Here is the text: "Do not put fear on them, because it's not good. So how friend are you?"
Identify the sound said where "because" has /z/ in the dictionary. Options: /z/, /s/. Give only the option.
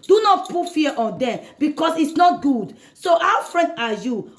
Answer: /s/